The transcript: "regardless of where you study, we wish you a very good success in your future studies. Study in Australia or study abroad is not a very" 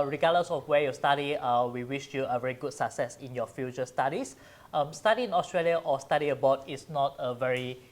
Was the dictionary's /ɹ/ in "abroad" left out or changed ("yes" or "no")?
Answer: yes